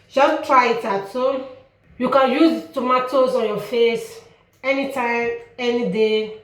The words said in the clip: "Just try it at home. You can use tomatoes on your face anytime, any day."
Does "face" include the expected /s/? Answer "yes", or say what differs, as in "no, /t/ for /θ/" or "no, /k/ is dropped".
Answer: yes